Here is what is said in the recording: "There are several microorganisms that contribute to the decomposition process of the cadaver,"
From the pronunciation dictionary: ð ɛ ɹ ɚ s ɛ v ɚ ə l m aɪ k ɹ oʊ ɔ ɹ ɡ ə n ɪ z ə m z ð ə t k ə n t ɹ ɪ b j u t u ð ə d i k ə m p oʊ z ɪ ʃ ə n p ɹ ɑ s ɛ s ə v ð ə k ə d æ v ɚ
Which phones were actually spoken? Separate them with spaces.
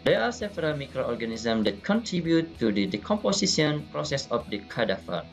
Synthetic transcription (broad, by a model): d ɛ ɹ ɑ s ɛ p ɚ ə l m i k ɹ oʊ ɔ ɹ ɡ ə n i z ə m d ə t k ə n t ɹ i b j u t u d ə d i k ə m p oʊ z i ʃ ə n p ɹ ɑ s ɛ s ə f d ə k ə d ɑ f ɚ